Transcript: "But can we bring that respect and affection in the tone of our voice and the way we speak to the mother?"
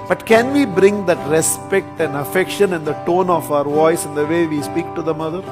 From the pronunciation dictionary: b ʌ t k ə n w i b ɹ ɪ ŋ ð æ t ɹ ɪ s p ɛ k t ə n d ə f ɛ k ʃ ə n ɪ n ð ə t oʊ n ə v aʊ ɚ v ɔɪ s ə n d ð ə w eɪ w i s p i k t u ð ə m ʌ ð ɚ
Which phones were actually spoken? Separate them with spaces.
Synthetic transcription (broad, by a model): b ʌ t k ə n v i b ɹ ɪ ŋ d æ t ɹ ɪ s p ɛ k t ə n d ə f ɛ k ʃ ə n ɪ n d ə t oʊ n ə f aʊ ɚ v ɔɪ s ə n d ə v eɪ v i s p i k t u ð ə m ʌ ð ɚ